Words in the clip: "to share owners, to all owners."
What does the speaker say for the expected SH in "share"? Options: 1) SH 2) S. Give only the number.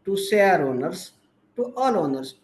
2